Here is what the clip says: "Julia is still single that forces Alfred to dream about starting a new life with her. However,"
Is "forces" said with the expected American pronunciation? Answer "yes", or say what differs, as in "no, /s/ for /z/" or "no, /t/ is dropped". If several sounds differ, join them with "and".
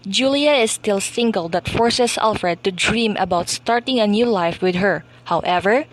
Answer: no, /s/ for /z/